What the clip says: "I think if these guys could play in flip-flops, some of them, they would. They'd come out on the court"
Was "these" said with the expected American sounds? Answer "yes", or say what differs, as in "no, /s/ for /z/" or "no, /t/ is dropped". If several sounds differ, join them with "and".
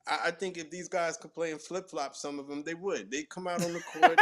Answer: yes